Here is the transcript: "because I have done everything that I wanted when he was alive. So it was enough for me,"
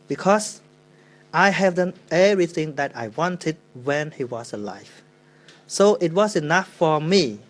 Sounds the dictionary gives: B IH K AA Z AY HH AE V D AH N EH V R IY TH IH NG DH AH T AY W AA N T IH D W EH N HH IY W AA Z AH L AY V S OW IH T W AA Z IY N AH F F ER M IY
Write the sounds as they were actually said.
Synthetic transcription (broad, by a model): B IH K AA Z AY HH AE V D AH N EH R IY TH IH NG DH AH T AY W AA N T IH D W EH N HH IY W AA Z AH L AY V S OW IH T W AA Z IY N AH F F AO M IY